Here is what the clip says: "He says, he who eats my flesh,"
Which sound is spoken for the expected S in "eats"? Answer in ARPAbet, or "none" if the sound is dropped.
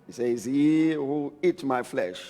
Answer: none